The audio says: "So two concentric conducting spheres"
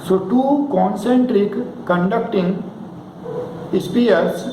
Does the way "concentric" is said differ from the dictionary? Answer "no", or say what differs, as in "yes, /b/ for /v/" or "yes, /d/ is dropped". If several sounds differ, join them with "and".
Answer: no